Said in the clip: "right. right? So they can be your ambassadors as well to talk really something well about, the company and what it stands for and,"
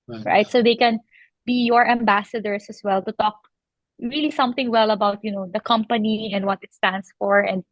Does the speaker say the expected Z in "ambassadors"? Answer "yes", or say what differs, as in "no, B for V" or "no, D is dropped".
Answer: no, S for Z